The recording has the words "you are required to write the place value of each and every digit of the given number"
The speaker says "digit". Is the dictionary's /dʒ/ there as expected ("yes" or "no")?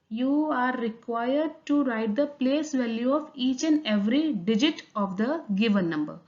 yes